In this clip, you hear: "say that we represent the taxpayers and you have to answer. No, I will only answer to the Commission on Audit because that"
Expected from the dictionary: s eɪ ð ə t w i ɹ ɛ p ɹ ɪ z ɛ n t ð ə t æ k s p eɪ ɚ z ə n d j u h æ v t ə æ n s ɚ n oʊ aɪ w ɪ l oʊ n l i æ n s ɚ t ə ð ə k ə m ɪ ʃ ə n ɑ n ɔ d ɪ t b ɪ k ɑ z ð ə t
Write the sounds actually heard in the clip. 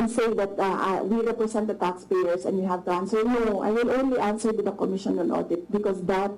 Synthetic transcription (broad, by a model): s eɪ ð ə t w i ɹ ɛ p ɹ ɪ s ɛ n t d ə t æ k s p eɪ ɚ s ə n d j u h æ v t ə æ n s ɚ n oʊ aɪ w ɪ l oʊ n l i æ n s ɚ t ə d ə k ə m ɪ ʃ ə n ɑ n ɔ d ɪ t b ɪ k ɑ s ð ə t